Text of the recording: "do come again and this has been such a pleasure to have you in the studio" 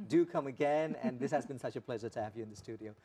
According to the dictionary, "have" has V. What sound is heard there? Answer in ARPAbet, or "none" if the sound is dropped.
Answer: V